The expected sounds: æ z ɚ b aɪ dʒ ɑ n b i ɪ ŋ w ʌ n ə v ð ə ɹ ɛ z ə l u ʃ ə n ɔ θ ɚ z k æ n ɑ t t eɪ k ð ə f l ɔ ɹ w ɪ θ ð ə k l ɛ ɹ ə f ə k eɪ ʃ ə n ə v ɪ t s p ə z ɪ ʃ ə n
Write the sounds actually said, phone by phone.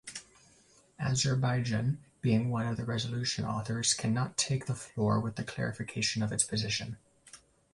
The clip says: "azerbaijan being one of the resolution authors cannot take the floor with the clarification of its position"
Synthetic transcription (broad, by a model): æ z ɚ b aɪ dʒ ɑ n b i ɪ ŋ w ʌ n ə v ð ə ɹ ɛ z ə l u ʃ ə n ɔ θ ɚ z k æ n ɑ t t eɪ k ð ə f l ɔ ɹ w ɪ ð ə k l ɛ ɹ ə f ə k eɪ ʃ ə n ə v ɪ t s p ə z ɪ ʃ ə n